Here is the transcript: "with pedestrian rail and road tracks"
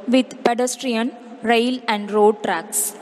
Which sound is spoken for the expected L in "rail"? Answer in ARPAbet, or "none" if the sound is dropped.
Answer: L